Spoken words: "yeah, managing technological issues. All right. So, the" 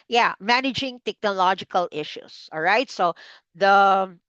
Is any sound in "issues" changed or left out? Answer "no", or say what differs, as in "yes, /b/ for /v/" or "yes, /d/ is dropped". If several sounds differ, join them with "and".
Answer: yes, /s/ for /z/